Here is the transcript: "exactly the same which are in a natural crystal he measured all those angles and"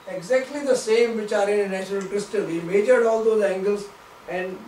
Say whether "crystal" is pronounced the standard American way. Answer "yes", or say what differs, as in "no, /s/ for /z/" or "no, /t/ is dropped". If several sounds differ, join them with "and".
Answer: yes